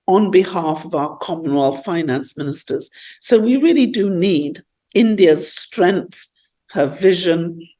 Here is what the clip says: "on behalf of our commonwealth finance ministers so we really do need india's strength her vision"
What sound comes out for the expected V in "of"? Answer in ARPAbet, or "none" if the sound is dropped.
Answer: V